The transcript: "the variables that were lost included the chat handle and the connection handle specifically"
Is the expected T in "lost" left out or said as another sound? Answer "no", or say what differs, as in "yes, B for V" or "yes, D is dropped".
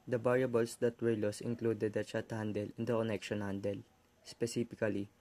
yes, T is dropped